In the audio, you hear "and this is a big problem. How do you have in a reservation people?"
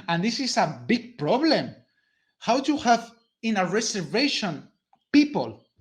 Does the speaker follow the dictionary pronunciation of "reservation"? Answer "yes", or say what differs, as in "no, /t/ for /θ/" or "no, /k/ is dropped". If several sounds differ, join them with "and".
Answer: no, /s/ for /z/